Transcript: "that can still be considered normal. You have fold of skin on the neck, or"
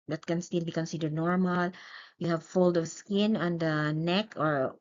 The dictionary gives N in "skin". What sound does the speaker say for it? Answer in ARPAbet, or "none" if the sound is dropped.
N